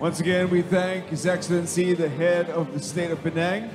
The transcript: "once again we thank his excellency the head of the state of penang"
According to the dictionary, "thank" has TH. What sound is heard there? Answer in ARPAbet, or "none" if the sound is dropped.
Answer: TH